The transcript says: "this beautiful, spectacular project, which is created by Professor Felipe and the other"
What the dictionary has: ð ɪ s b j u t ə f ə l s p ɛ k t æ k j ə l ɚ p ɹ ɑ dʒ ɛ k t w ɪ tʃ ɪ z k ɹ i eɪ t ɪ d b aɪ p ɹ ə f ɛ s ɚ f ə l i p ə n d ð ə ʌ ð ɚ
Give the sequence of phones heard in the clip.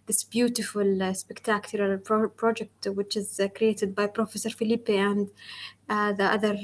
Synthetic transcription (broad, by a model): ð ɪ s b j u t ə f ə l s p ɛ k t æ k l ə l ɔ p ɹ ɑ dʒ ɛ k t w ɪ tʃ ɪ z k ɹ i eɪ t ɪ d b aɪ p ɹ ə f ɛ s ɚ f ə l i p ə n d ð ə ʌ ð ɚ